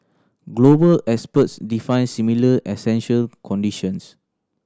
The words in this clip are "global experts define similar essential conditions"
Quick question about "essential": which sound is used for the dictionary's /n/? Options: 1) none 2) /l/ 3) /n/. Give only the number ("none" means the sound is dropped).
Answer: 3